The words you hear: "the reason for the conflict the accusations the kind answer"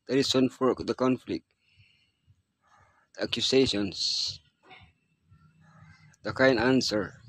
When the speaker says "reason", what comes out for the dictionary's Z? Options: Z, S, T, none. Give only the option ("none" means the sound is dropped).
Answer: S